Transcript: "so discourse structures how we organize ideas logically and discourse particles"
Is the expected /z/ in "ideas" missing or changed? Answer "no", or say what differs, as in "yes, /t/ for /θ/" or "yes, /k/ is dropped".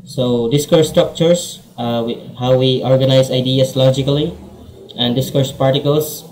yes, /s/ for /z/